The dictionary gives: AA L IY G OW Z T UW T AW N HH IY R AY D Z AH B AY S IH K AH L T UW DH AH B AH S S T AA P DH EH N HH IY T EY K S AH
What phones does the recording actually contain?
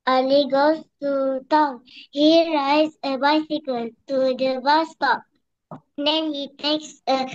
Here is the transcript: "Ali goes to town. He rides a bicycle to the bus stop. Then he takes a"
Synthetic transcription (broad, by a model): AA L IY G OW S T UW T AW N HH IY R AY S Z AH B AY S IH K AH L T UW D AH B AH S S T AA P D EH N HH IY T EY K S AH